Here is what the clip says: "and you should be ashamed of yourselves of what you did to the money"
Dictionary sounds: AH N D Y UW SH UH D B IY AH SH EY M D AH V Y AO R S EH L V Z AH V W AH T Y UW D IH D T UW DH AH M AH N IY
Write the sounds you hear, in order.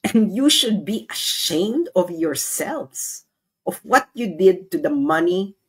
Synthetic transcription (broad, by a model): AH N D Y UW SH UH D B IY AH SH EY M D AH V Y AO R S EH L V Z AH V W AH T Y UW D IH D T UW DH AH M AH N IY